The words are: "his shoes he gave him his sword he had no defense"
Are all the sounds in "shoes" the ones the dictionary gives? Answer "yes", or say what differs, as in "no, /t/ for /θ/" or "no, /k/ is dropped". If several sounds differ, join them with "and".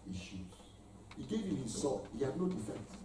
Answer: no, /z/ is dropped